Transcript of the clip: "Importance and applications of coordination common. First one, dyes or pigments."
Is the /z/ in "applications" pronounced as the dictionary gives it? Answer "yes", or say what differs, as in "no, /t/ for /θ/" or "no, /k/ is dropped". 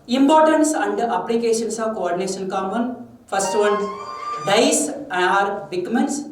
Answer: no, /s/ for /z/